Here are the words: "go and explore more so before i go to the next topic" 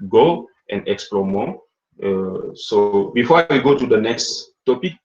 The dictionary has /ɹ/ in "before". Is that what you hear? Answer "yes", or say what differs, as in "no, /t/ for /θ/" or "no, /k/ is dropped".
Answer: no, /w/ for /ɹ/